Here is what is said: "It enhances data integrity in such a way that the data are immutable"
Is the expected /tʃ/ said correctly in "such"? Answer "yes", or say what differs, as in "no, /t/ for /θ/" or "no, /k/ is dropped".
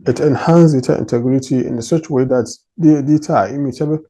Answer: no, /s/ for /tʃ/